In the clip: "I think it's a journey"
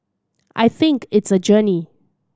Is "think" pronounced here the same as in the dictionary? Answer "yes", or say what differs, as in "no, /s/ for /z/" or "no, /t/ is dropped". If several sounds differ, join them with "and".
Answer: yes